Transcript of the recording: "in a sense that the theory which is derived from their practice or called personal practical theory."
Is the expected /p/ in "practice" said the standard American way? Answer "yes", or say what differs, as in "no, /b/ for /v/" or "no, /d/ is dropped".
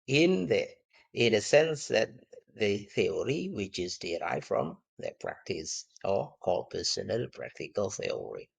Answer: yes